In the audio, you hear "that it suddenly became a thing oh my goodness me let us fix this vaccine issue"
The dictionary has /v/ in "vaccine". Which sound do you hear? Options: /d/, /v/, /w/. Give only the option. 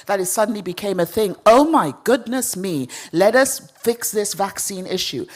/v/